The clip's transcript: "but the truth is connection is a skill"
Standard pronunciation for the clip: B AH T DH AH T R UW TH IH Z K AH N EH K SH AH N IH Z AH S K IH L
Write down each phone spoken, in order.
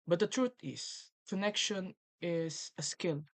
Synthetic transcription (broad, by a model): B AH T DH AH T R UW T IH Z K AH N EH K SH AH N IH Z AH S K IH L